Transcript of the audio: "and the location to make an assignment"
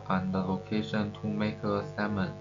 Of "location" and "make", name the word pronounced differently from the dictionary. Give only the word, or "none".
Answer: make